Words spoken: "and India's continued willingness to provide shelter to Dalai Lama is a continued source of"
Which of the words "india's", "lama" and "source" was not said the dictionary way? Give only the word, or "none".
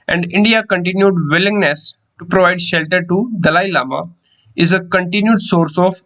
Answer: india's